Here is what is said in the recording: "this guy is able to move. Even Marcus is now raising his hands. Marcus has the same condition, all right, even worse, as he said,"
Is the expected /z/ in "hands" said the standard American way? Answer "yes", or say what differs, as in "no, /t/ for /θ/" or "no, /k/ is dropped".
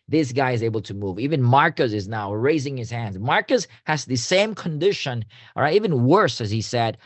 yes